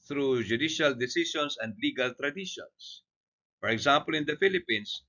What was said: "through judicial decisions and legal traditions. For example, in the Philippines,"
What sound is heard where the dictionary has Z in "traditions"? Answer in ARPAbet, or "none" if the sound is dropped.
S